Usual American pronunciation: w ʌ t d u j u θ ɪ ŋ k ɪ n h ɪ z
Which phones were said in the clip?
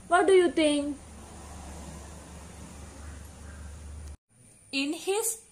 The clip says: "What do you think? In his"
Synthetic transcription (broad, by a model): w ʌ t d u j u t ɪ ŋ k ɪ n h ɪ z